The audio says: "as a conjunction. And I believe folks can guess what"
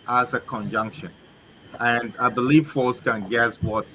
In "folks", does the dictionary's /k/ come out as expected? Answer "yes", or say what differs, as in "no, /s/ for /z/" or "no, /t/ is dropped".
no, /k/ is dropped